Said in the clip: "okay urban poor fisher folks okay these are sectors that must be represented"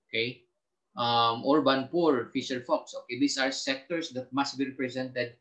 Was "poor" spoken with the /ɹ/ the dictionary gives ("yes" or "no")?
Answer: yes